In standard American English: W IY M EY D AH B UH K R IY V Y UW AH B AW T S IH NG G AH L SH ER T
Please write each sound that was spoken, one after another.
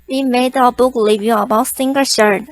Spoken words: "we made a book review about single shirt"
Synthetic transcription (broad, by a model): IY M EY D AH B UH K L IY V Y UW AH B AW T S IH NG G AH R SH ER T